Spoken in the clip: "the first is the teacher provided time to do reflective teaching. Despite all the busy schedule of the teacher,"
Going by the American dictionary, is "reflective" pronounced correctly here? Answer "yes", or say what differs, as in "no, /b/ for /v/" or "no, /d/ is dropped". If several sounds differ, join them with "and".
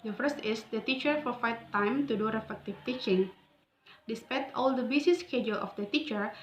no, /l/ is dropped